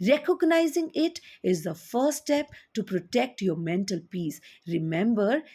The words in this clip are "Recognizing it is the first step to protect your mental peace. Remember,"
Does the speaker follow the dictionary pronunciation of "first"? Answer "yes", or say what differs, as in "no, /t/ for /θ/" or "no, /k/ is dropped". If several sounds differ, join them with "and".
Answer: no, /s/ is dropped